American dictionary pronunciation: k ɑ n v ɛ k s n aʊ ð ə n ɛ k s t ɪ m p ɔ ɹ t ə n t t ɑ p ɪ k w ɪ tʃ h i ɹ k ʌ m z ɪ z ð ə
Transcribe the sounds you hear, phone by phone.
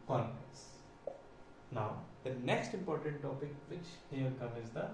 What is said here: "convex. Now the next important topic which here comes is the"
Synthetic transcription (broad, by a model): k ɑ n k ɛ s n aʊ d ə n ɛ k s t ɪ m p ɔ ɹ t ə n t t ɑ p ɪ k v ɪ tʃ h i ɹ k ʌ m ɪ z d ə